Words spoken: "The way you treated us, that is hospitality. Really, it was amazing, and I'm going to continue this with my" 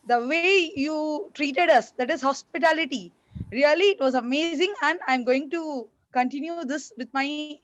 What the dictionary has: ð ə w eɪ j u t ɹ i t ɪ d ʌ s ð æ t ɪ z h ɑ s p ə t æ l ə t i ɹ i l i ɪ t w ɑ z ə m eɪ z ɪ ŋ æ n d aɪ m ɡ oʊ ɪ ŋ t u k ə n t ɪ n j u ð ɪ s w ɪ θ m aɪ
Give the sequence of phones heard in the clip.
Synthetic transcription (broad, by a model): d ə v eɪ j u t ɹ i t ɪ d ʌ s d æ t ɪ z h ɑ s p ə t æ l ə t i ɹ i l i ɪ t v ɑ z ə m eɪ z ɪ ŋ æ n d aɪ m ɡ oʊ ɪ ŋ t u k ə n t ɪ n j u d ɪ s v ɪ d m aɪ